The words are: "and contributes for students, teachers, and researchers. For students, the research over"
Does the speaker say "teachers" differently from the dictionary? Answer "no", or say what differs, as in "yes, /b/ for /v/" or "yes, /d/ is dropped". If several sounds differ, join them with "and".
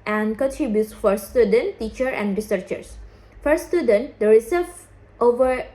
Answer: yes, /z/ is dropped